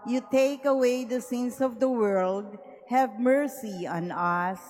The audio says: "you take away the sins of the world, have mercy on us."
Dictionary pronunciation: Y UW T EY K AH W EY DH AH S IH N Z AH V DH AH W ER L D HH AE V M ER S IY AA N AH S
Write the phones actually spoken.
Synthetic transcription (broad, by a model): Y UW T EY K AH W EY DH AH S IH N S AH V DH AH W ER L D HH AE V M ER S IY AA N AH S